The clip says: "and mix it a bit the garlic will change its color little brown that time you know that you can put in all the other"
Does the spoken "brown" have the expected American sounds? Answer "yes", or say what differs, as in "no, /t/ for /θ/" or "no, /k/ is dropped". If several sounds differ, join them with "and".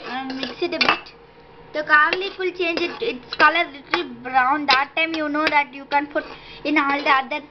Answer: yes